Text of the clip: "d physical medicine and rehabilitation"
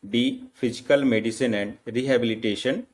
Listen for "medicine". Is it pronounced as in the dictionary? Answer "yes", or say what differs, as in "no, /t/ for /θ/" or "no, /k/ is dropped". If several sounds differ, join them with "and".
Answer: yes